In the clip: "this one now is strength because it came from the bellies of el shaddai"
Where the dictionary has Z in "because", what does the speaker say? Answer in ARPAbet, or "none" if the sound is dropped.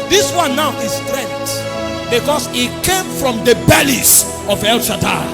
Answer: S